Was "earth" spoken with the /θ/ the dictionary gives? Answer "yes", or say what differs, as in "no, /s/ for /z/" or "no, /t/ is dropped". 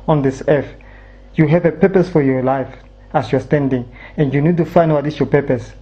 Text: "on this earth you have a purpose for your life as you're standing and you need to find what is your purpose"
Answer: no, /f/ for /θ/